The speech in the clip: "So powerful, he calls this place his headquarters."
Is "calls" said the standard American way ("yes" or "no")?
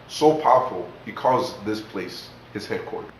no